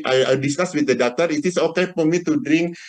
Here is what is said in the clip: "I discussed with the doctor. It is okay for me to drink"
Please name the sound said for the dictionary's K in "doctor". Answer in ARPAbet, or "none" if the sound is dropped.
none